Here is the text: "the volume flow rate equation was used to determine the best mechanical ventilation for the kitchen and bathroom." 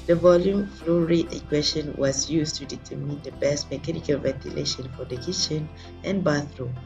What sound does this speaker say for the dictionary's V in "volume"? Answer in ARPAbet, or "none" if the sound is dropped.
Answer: V